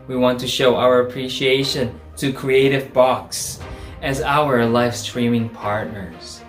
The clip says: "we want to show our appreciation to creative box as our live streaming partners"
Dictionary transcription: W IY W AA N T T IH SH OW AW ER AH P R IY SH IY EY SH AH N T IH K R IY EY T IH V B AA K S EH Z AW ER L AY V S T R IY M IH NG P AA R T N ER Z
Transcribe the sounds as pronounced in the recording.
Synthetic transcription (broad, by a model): W IY W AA N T T IH SH OW AW ER AH P R IY SH IY EY SH AH N T IH K R IY EY T IH V B AA K S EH Z AW ER L AY F S T R IY M IH NG P AA R T N ER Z